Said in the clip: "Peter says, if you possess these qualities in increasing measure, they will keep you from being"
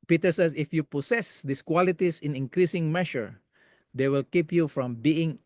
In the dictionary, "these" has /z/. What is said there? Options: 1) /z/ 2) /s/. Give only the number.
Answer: 2